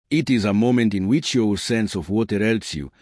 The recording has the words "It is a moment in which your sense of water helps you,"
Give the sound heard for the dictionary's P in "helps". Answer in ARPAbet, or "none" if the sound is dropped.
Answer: none